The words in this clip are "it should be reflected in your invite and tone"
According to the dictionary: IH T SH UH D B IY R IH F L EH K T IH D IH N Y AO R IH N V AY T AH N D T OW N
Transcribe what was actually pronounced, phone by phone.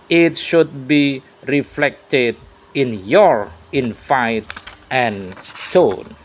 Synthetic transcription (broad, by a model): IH T SH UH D B IY R IH F L EH K T IH D IH N Y AO R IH N F AY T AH N T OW N